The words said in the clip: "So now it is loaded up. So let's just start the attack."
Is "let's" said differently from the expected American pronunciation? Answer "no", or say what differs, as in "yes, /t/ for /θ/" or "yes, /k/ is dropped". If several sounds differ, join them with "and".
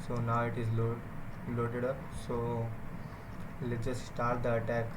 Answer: yes, /s/ is dropped